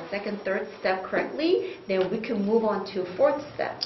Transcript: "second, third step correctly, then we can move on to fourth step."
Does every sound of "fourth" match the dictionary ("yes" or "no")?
yes